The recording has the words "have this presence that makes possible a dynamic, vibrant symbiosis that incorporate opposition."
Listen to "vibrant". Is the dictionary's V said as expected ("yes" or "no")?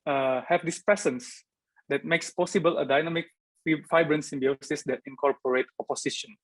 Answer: no